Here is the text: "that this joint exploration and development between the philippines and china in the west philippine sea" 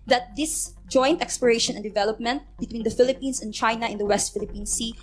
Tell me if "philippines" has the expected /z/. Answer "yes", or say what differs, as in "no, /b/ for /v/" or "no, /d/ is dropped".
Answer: no, /s/ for /z/